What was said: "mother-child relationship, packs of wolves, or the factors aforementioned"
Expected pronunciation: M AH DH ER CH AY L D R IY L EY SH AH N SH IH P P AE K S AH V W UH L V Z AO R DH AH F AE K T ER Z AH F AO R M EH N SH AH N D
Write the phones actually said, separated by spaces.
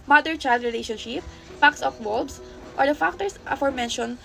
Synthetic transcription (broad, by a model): M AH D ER CH AY L D R IY L EY SH AH N SH IH P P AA K S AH P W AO L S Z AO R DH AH F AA K T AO S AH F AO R M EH N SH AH N